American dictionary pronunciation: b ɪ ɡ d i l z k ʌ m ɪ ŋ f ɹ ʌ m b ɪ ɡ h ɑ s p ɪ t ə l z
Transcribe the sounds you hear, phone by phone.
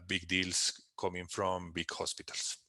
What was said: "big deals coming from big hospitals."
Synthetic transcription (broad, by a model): b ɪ ɡ d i l s k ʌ m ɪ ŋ f ɹ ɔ m b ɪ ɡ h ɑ s p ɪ t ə l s